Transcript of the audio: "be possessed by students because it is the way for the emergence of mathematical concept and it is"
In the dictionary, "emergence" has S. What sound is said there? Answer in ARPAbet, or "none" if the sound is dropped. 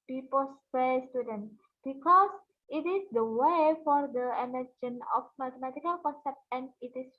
none